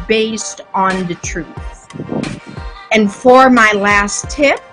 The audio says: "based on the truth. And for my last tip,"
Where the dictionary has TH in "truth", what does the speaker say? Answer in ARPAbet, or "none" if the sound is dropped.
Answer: TH